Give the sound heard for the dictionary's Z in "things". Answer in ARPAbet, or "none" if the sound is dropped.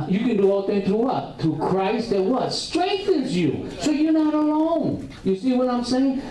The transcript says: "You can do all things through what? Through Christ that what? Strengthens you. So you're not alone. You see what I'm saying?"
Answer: none